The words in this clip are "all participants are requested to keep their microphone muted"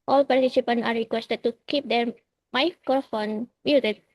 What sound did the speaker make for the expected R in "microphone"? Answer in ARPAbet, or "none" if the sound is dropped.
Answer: none